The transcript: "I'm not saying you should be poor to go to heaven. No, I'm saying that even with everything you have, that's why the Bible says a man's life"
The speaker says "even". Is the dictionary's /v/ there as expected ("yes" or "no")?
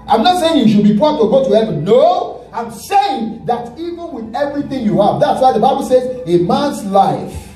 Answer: yes